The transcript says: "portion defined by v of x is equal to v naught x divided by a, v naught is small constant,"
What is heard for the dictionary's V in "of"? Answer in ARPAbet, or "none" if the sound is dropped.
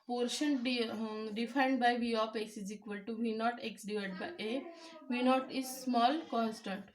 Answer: P